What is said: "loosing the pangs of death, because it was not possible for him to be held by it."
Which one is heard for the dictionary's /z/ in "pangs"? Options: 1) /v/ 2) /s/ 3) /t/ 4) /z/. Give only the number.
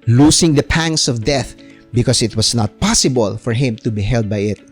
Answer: 2